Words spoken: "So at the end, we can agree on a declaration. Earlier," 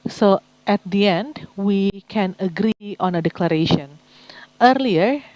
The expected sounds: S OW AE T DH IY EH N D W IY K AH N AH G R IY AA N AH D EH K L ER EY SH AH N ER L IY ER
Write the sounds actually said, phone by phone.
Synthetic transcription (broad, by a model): S OW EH T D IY EH N D W IY K AH N AH G R IY AA N AH D EH K L ER EY SH AH N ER L IY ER